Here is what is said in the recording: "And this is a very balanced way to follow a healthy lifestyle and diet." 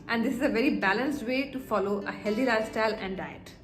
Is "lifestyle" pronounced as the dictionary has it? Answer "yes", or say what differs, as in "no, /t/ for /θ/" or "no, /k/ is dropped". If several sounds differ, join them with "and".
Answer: no, /f/ is dropped